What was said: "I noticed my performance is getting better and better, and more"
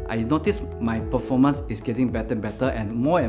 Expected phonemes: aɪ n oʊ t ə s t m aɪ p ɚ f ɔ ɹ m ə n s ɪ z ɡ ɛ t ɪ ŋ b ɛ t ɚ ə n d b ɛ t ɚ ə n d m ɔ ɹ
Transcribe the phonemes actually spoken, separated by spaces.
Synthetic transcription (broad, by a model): aɪ n oʊ t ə s m aɪ p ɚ f ɔ m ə n s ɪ s ɡ ɛ t ɪ ŋ b ɛ t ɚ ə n b ɛ t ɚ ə n m ɔ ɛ